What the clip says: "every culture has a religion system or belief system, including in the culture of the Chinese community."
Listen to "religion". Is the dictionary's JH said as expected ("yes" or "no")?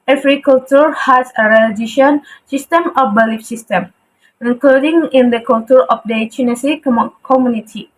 no